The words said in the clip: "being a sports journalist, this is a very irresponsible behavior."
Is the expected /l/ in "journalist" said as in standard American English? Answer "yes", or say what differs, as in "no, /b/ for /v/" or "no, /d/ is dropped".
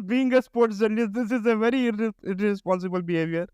no, /l/ is dropped